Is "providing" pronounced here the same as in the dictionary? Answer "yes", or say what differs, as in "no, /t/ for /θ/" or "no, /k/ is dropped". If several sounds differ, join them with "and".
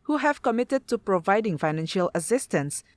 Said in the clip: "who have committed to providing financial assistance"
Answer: yes